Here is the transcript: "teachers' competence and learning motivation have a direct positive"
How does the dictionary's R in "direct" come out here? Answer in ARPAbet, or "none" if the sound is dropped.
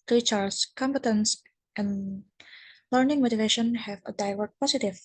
L